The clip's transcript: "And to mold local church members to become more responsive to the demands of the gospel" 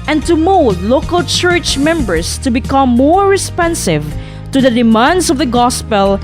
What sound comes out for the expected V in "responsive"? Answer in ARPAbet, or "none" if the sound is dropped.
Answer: V